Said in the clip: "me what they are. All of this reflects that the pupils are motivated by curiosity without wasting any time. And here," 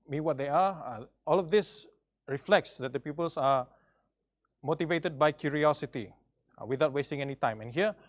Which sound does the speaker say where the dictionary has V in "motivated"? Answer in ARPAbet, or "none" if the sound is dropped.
V